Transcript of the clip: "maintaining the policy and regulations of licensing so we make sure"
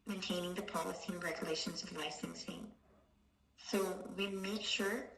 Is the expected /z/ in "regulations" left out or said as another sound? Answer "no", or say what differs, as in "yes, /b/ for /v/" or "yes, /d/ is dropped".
no